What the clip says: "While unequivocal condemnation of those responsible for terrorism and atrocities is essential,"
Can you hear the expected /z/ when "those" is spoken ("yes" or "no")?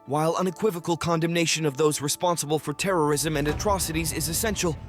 yes